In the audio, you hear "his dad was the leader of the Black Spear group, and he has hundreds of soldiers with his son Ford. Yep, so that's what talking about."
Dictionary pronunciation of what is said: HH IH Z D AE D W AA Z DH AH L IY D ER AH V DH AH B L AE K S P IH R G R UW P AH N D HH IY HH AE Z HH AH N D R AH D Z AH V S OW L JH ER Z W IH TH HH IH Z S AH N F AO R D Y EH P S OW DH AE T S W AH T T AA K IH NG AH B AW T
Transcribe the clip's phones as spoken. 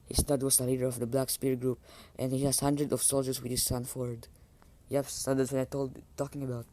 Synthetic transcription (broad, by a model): HH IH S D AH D W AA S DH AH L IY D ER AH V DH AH B L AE K S P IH R G R UW P AH N D HH IY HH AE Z HH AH N D R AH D AH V S OW L JH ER S W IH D HH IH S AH N F AO R D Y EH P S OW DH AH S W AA T T AA K IH NG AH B AW T